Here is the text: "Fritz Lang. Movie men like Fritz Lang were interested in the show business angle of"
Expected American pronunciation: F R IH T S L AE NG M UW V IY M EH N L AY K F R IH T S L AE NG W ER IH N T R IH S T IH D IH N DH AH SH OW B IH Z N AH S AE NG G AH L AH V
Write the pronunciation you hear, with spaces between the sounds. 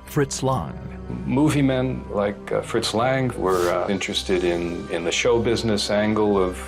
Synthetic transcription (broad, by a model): F R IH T S L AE NG M UW V IY M EH N L AY K F R IH T S L AE NG W ER IH N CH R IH S T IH D IH N DH AH SH OW B IH Z N AH S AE NG G L AH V